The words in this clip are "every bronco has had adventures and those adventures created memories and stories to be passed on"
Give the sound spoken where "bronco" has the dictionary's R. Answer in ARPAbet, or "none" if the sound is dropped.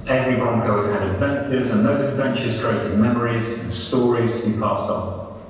R